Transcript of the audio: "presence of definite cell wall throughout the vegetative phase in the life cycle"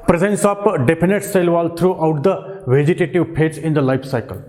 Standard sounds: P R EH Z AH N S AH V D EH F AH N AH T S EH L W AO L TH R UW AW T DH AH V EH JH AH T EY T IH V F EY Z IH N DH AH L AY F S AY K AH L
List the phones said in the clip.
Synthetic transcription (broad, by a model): P R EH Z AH N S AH P D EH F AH N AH T S EH L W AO L T R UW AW T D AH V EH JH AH T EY T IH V P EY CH IH N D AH L AY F S AY K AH L